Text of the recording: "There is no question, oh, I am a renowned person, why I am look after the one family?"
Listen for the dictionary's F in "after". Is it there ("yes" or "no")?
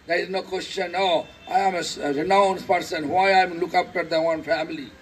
no